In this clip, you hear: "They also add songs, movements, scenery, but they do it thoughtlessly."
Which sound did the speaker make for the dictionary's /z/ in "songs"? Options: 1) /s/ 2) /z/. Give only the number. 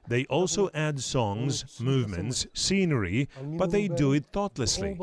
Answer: 2